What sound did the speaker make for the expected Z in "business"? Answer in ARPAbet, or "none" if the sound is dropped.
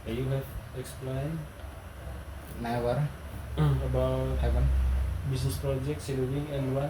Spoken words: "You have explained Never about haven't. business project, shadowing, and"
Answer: S